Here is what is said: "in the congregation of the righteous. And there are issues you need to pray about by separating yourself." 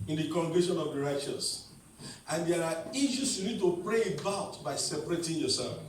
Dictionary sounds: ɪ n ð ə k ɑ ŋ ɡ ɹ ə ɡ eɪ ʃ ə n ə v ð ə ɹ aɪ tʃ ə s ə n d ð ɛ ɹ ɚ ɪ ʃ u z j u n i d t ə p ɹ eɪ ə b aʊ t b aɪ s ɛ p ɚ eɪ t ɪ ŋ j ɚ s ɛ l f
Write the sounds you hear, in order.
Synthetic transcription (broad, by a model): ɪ n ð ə k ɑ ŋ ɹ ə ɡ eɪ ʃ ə n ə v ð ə ɹ aɪ tʃ ə s ə n d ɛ ɹ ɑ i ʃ u s j u n i d t ə p ɹ eɪ ə b aʊ t b aɪ s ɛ p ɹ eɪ t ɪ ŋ j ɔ s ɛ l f